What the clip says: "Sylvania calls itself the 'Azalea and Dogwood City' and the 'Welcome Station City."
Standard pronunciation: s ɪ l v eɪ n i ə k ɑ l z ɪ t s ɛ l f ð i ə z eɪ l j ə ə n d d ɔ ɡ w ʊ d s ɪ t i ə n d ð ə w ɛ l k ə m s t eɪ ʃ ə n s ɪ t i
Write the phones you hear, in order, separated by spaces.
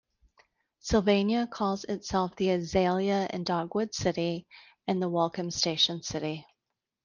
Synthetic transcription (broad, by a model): s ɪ l v eɪ n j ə k ɑ l z ɪ t s ɛ l f ð i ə z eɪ l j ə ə n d d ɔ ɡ w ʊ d s ɪ t i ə n ð ə w ɛ l k ə m s t eɪ ʃ ə n s ɪ t i